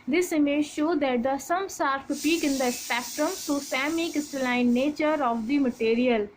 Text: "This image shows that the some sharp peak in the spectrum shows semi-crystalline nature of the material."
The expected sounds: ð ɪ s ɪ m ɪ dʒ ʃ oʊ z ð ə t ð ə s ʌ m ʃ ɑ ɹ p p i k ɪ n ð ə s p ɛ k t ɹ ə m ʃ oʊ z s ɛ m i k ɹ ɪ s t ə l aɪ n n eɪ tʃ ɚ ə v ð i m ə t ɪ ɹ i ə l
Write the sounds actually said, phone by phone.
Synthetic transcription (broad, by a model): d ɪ s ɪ m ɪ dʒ ʃ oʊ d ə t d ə s ʌ m s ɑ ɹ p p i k ɪ n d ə s p ɛ k t ɹ ə m s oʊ s ɛ m i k ɪ s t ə l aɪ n n eɪ tʃ ɚ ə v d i m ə t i ɹ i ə l